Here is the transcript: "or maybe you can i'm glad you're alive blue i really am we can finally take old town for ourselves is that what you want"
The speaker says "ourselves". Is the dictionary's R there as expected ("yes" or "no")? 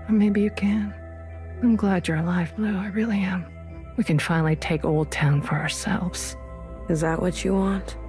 yes